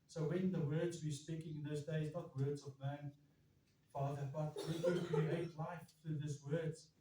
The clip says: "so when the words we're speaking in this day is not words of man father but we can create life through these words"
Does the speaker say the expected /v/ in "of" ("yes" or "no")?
yes